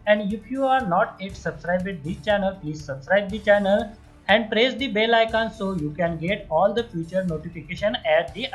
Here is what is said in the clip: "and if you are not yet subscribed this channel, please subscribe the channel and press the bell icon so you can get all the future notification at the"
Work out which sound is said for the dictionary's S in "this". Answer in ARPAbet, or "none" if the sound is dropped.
none